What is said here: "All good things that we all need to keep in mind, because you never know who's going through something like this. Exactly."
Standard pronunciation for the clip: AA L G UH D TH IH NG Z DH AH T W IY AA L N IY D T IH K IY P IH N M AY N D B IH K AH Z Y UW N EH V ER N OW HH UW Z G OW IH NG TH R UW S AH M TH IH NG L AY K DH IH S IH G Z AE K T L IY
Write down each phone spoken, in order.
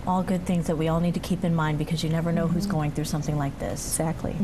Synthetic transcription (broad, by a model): AA L G UH D TH IH NG Z DH AH T W IY AA L N IY D T IH K IY P IH N M AY N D B IH K AH Z Y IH N EH V ER N OW HH UW Z G OW IH NG TH R UW S AH M TH IH NG L AY K DH IH S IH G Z AE K T L IY